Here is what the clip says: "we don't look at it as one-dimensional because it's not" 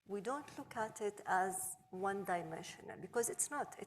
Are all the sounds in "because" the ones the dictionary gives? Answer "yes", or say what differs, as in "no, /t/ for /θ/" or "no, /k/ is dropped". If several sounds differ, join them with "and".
yes